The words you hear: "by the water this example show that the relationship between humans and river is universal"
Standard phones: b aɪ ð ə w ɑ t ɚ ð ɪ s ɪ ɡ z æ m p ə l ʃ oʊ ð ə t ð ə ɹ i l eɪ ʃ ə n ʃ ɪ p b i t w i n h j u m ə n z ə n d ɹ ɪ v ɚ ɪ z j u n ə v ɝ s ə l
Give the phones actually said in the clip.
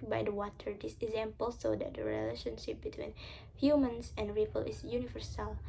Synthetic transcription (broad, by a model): b aɪ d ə w ɑ t ɚ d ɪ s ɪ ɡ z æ m p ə l s oʊ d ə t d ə ɹ i l eɪ ʃ ə n ʃ ɪ p b i t w i n h j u m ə n s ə n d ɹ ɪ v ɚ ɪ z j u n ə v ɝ s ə l